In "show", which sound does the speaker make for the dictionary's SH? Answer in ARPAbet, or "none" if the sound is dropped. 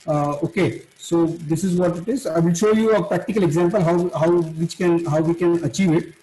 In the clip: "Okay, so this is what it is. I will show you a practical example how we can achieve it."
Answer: SH